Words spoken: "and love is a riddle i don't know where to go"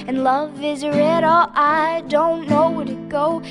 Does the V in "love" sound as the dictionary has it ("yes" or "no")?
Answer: yes